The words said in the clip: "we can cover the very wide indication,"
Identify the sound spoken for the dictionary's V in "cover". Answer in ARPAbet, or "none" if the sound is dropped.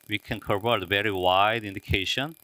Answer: P